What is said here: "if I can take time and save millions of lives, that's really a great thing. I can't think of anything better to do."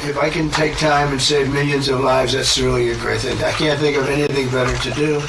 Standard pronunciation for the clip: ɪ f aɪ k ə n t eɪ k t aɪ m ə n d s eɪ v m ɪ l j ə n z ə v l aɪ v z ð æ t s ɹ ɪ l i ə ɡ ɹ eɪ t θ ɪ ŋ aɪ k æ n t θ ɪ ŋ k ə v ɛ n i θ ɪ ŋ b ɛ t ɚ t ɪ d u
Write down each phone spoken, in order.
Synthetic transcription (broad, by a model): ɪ f aɪ k ə n t eɪ k t aɪ m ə n s eɪ v m ɪ l j ə n z ə v l aɪ v z ð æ t s ɹ ɪ l i ə ɡ ɹ eɪ t θ ɪ ŋ aɪ k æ n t θ ɪ ŋ k ə v ɛ n i θ ɪ ŋ b ɛ t ɚ t ɪ d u